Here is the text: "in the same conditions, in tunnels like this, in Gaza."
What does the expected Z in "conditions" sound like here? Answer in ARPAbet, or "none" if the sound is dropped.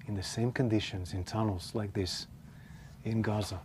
Z